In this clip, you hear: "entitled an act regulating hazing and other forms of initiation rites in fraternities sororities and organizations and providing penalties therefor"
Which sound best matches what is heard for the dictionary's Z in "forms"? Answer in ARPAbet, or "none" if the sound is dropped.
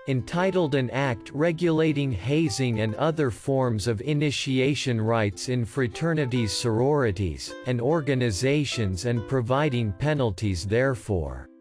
Z